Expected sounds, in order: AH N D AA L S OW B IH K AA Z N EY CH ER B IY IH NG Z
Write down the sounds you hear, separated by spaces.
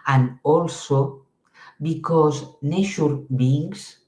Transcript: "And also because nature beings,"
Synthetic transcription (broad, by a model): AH N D AA L S OW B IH K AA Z N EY SH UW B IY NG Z